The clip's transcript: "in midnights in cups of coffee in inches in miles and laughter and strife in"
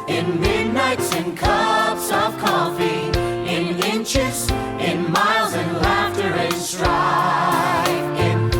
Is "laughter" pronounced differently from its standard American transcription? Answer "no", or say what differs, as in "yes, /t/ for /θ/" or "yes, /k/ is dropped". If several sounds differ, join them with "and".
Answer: no